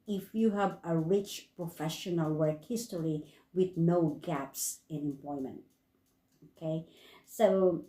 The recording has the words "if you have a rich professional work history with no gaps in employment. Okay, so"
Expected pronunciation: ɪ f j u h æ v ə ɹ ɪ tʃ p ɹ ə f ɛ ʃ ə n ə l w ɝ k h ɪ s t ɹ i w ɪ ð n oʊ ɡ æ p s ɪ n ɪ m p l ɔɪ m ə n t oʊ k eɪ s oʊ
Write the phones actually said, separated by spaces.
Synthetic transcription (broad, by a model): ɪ f j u h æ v ə ɹ ɪ tʃ p ɹ ə f ɛ ʃ ə n ə l w ɝ k h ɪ s t l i w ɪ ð n oʊ ɡ æ p s ɪ n ɪ m p l ɔɪ m ə n t oʊ k eɪ s oʊ